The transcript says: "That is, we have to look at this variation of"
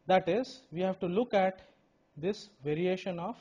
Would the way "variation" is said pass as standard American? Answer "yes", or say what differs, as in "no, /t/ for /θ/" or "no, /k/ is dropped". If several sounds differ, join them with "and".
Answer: yes